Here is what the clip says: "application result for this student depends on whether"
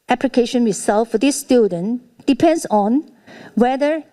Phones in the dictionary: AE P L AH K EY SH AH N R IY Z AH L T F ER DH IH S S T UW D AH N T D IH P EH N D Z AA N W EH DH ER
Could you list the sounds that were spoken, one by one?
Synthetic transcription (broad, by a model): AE P L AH K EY SH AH N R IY S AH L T F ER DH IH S S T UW D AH N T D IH P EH N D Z AA N W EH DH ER